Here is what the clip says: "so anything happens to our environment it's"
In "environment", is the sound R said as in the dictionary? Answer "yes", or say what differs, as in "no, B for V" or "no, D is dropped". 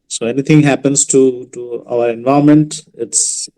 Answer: no, R is dropped